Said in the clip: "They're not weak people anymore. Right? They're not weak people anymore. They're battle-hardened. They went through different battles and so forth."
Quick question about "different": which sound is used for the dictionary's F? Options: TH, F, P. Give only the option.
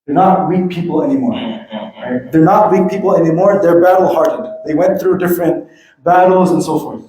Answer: F